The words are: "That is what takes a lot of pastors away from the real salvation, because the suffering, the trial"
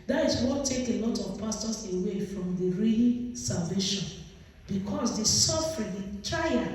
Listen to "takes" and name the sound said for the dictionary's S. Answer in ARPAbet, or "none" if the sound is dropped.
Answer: none